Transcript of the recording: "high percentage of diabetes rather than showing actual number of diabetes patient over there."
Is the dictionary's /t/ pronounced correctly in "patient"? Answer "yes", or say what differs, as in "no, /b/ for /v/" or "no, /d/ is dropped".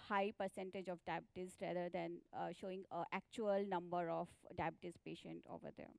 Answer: yes